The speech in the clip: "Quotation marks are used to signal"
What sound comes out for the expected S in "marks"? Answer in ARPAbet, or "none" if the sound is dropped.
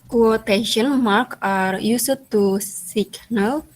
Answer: none